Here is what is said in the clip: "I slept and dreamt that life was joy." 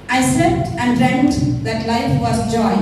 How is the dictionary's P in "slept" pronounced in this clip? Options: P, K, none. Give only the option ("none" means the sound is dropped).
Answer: none